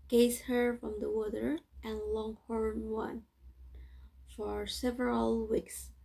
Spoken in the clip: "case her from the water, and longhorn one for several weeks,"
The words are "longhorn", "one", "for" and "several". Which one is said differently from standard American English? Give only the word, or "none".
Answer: none